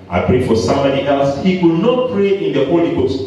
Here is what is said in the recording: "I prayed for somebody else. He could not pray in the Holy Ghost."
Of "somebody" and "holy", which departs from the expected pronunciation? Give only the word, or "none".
somebody